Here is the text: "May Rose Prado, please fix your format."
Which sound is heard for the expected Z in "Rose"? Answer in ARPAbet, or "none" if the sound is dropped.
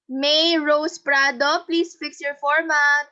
S